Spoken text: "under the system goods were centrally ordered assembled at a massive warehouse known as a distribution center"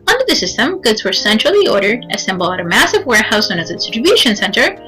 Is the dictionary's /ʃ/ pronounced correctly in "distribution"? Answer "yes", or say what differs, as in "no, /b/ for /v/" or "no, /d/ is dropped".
yes